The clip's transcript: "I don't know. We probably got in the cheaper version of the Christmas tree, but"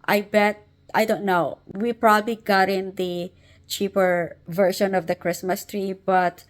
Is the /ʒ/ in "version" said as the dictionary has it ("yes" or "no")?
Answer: no